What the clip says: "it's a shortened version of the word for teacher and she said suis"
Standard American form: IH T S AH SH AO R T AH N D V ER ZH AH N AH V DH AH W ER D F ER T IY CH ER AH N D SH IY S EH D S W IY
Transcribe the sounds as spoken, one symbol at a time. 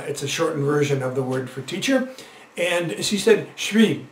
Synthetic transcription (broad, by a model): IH T S AH SH AO R T N V ER ZH AH N AH V DH AH W ER D F ER T IY CH ER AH N SH IY S EH D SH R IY